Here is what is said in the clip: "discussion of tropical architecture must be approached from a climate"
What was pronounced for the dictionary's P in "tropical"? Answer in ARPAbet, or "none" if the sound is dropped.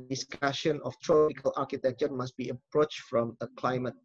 none